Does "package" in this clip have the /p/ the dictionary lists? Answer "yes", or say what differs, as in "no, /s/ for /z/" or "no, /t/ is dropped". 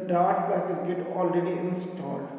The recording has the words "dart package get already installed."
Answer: no, /b/ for /p/